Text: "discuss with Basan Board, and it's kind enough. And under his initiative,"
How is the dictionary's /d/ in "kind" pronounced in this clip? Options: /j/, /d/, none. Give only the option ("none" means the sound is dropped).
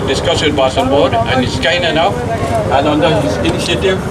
none